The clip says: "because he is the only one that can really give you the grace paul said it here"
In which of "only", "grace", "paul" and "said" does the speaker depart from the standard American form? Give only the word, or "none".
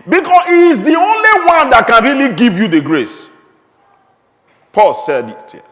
none